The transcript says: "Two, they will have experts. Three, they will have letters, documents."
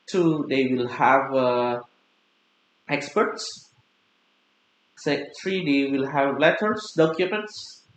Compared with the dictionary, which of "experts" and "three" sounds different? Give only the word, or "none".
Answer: three